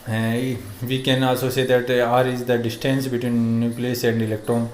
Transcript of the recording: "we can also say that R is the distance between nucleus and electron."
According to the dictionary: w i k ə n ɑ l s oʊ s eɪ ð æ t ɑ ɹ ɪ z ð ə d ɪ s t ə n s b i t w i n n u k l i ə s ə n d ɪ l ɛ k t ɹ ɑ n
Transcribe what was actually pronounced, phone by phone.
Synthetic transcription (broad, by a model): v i k ə n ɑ s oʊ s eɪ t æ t ɑ ɹ ɪ z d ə d ɪ s t ə n s b i t w i n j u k l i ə s ə n d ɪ l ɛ k t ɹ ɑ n